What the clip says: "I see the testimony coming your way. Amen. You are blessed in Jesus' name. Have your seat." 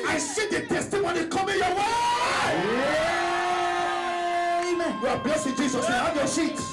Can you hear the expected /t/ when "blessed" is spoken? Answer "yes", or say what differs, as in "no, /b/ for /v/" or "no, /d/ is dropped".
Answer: no, /t/ is dropped